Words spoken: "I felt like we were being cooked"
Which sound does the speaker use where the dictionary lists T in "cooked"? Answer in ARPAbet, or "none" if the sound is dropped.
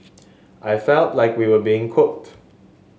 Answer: T